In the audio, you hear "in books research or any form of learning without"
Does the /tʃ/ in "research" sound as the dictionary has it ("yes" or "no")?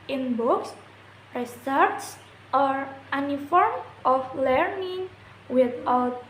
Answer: no